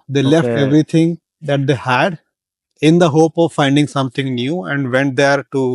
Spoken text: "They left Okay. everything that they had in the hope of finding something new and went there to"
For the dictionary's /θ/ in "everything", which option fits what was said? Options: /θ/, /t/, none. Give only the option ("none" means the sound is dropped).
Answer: /t/